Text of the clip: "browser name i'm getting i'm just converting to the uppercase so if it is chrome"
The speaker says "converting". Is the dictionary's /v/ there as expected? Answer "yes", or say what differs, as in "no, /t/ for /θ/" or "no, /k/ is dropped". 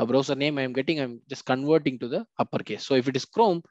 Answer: yes